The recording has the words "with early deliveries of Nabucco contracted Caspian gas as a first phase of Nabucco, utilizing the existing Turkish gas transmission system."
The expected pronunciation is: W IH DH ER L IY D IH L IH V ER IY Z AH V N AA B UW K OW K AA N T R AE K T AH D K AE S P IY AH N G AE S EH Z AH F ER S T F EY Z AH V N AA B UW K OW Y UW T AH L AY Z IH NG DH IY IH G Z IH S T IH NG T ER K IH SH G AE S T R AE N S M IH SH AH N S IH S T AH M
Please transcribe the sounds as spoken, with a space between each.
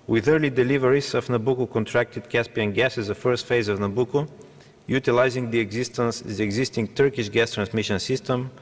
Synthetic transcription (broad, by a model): W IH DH ER L IY D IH L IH V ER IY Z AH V N AA B UW K OW K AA N T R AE K T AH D K AE S P IY AH N G AE S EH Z AH F ER S T F EY Z AH V N AA B UW K OW Y UW T AH L AY Z IH NG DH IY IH G Z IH S T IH NG T ER K IH SH G AE S T R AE N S M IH SH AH N S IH S T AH M